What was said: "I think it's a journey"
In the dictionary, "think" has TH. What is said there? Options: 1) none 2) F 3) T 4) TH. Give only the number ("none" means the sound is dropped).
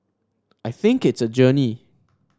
4